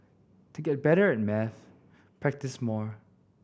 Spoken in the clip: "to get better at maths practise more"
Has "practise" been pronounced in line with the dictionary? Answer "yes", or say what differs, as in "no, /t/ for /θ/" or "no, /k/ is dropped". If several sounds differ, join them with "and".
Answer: yes